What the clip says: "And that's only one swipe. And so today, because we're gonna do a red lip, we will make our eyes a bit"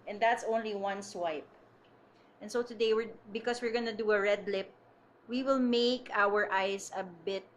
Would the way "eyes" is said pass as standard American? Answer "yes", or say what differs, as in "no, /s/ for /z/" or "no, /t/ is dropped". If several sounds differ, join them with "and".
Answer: no, /s/ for /z/